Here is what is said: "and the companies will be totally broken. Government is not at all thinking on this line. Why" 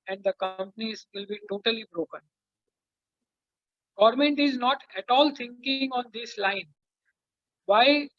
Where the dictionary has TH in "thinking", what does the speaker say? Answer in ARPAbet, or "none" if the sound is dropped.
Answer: T